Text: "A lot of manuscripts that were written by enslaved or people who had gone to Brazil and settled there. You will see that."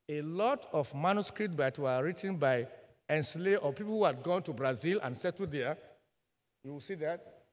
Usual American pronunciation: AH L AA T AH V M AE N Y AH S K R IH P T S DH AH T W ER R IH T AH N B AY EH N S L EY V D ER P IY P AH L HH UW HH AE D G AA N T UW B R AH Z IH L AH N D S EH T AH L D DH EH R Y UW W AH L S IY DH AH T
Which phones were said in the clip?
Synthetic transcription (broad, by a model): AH L AA T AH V M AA N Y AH S K R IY P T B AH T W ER R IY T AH N B AY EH N S L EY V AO P IY P AH L HH UW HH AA D G AA N T UW B R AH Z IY L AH N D S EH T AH D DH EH Y UW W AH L S IY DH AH T